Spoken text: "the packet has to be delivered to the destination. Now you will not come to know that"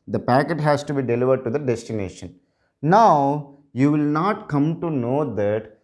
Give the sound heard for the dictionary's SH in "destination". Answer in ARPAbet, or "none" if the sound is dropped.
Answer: SH